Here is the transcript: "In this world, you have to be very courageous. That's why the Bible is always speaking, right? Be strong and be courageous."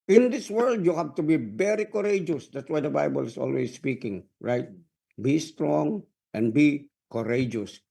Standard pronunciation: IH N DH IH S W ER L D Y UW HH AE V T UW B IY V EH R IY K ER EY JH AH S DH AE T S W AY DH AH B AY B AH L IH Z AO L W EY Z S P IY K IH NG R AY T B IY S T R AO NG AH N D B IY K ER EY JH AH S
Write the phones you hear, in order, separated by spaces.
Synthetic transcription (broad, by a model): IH N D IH S W ER L D Y UW HH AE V T UW B IY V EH R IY K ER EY JH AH S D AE T S W AY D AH B AY B AH L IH S AO L W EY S S P IY K IH NG R AY T B IY S T R AO NG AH N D B IY K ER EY JH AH S